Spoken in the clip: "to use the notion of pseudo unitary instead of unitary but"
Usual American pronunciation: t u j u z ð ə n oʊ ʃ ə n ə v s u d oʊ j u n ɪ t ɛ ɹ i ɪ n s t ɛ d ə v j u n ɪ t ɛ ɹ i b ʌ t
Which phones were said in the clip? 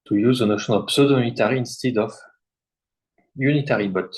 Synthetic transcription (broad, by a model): t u j u z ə n oʊ ʃ ə n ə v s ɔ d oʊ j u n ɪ t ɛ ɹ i ɪ n s t ɛ d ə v j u n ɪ t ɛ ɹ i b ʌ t